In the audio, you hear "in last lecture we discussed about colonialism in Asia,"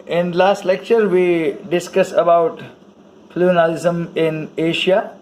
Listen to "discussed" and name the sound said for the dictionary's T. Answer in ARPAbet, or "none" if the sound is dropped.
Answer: none